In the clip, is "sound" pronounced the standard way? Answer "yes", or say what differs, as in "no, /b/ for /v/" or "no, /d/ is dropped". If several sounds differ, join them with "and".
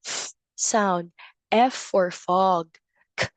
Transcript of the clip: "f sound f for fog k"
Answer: yes